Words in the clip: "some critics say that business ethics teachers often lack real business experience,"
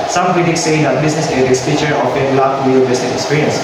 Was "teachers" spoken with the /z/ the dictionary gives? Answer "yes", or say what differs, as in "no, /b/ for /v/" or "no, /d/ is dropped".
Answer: no, /z/ is dropped